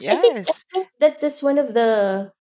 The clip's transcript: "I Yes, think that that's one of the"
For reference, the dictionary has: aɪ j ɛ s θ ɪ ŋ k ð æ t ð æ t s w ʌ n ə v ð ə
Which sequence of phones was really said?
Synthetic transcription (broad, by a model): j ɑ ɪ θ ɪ k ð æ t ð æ t s w ʌ n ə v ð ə